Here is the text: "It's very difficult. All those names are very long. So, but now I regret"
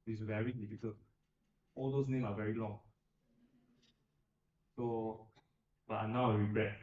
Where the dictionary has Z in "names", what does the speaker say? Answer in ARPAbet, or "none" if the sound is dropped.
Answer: none